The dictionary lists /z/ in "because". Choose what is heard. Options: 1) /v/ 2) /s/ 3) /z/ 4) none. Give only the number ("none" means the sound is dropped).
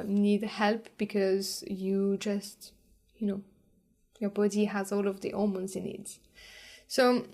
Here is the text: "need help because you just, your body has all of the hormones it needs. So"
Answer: 3